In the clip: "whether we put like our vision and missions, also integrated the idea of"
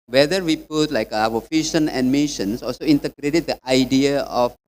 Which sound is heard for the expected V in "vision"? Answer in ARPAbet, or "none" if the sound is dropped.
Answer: F